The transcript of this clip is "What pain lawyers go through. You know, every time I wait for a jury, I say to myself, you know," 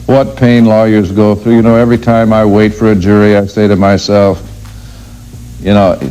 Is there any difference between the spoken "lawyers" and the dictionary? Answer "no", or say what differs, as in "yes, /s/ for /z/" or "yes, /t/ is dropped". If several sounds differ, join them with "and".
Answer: no